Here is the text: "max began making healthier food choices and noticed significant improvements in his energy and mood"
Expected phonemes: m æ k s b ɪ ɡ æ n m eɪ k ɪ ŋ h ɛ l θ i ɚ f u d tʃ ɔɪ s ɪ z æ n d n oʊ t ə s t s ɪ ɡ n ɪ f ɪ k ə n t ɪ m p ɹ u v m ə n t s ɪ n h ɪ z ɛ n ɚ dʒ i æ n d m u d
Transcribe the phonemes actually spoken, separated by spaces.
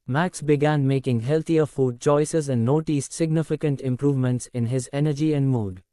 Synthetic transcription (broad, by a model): m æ k s b ɪ ɡ æ n m eɪ k ɪ ŋ h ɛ l t i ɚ f u d tʃ ɔɪ s ɪ z æ n d n oʊ t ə s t s ɪ ɡ n ɪ f ɪ k ə n t ɪ m p ɹ u v m ə n t s ɪ n h ɪ z ɛ n ɚ dʒ i æ n d m u d